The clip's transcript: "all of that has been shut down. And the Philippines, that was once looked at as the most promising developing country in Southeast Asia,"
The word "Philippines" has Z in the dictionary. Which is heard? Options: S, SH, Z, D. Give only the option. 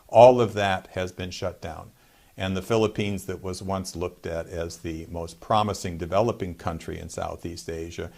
Z